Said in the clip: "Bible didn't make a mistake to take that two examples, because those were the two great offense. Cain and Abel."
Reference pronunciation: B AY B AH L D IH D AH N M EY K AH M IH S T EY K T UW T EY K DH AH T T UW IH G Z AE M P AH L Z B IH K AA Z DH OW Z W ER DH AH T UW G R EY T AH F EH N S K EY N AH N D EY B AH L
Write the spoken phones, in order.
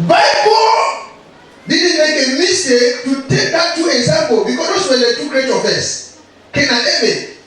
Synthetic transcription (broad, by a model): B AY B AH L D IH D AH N M EY K AH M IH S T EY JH T UW T EY K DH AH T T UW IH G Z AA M P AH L B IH K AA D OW S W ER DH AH T UW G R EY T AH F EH S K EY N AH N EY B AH